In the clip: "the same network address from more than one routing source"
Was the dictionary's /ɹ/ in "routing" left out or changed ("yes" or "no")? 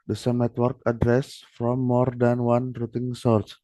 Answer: no